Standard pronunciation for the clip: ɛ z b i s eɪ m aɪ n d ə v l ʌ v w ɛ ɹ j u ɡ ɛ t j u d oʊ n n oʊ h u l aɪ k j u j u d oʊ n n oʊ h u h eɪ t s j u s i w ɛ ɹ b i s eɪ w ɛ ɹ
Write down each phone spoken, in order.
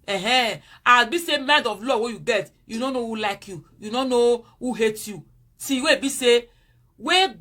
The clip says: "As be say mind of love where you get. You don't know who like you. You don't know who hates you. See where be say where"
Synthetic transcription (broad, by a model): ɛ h b i s eɪ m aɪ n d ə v l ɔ w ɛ j u ɡ ɛ t j u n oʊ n n oʊ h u l aɪ k j u j u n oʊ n n oʊ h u h eɪ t j u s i w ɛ b i s eɪ w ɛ